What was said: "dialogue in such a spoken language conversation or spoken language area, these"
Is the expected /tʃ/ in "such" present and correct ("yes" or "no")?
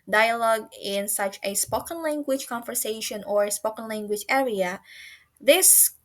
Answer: yes